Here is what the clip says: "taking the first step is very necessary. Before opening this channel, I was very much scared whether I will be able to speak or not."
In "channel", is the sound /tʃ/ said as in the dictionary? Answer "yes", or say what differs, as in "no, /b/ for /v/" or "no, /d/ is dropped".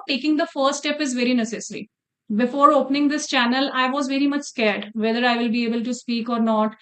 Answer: yes